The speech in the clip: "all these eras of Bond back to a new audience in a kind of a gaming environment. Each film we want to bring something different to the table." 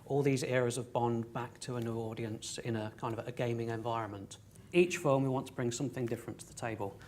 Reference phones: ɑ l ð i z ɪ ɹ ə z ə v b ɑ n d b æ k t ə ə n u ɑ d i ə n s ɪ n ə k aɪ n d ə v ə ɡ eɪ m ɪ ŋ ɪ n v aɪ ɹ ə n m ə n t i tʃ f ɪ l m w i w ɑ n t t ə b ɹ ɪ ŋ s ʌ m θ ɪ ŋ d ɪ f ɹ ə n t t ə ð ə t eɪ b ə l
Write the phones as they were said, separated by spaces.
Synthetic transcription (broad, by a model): ɑ l ð i z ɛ ɹ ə z ə v b ɑ n b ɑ k t ə ə n u ɑ d i ə n s ɪ n ə k aɪ n d ə v ə ɡ eɪ m ɪ ŋ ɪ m v aɪ ɹ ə n m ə n t i tʃ f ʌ m w i w ɑ n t t ə b ɹ ɪ ŋ s ʌ m θ ɪ ŋ d ɪ f ɹ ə n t t ə ð ə t eɪ b ə l